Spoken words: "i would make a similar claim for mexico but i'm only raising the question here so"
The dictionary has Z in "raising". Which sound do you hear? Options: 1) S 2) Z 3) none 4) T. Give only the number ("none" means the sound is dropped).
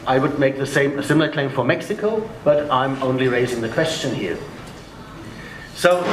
2